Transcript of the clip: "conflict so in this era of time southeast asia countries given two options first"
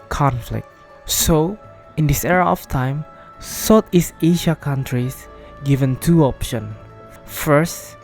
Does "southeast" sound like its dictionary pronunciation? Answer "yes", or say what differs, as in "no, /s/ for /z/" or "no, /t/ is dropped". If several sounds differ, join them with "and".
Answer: no, /t/ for /θ/ and /t/ is dropped